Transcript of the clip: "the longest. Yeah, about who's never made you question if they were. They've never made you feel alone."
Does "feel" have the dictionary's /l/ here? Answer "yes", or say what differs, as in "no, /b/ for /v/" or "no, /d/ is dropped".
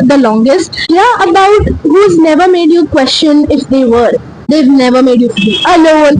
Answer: no, /n/ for /l/